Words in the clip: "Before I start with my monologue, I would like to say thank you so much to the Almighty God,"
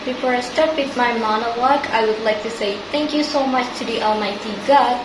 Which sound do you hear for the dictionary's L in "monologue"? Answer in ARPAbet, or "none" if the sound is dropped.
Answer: W